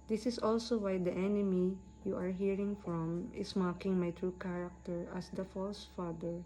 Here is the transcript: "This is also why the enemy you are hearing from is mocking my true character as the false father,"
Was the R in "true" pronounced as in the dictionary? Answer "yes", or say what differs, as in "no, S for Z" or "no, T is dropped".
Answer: yes